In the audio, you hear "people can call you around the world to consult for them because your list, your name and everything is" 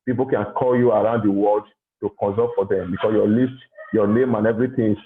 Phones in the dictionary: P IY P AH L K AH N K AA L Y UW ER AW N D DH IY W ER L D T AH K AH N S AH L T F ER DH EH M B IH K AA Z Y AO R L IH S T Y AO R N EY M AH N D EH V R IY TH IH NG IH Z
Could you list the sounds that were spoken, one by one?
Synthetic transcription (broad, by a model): P IY P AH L K AH N K AA L Y UW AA AW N D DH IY W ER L D T AH K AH N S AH T F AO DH EH M B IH K AA S Y AO L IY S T Y AO N EY M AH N EH V R IY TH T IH